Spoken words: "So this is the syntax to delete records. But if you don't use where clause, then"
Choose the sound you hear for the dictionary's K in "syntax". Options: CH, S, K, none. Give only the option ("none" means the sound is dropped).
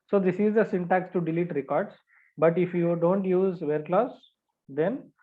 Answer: K